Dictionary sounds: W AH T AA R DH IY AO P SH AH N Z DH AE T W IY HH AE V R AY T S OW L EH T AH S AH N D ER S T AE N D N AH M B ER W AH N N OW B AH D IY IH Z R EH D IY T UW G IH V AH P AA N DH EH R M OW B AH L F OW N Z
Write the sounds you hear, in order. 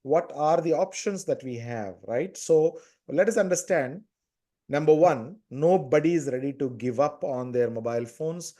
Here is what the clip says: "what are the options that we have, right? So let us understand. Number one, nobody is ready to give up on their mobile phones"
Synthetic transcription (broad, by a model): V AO T AA R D IY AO P SH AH N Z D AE T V IY HH AE V R AY T S OW L EH T AH S AH N D ER S T AE N D N AH M B ER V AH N N OW B AH D IY IH Z R EH D IY T UW G IH V AH P AA N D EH R M OW B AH L F OW N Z